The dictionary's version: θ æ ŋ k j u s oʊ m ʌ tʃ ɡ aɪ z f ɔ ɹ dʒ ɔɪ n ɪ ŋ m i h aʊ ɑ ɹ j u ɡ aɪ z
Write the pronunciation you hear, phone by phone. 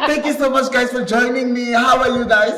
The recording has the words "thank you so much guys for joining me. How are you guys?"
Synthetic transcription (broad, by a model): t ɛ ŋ k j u s oʊ m ʌ tʃ ɡ aɪ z f ɔ ɹ dʒ ɔɪ n ɪ ŋ m i h aʊ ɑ l j u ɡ aɪ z